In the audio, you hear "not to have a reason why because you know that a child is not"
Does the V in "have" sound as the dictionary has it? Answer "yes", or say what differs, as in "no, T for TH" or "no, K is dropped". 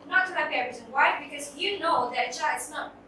no, B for V